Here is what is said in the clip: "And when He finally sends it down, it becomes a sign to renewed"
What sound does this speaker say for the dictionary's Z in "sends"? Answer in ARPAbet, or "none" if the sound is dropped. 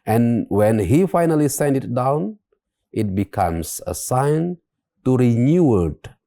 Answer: none